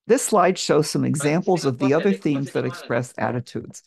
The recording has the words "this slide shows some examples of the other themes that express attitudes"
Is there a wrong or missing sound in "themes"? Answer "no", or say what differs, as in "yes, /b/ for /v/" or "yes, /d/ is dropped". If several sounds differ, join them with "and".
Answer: no